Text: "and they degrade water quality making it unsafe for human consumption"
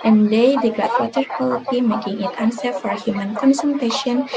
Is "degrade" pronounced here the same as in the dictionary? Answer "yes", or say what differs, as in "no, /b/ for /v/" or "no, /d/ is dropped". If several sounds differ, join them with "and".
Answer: no, /ɹ/ is dropped